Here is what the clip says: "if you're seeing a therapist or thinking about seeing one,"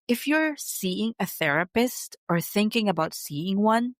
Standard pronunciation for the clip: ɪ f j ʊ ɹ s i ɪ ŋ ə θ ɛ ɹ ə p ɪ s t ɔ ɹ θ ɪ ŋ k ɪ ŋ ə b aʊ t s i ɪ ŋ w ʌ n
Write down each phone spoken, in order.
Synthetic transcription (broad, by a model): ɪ f j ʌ ɹ s i ɪ ŋ ə θ ɛ ɹ ə p ɪ s t ɔ ɹ θ ɪ ŋ k ɪ ŋ ə b aʊ t s i ɪ ŋ w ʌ n